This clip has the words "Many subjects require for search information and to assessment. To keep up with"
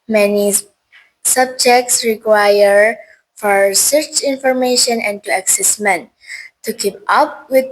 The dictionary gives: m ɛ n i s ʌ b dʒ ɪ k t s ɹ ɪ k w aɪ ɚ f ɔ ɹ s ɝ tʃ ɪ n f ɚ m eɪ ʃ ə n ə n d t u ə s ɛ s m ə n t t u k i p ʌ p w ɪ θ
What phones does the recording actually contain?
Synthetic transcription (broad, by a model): m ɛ n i s ʌ b dʒ ɪ k t s ɹ ɪ k w aɪ ɚ f ɔ ɹ s ɝ tʃ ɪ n f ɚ m eɪ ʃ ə n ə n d t u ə s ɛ s m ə n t t u k i p ʌ p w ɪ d